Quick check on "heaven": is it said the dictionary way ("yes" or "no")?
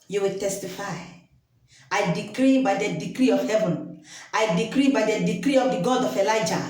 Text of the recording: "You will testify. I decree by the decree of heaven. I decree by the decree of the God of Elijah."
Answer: yes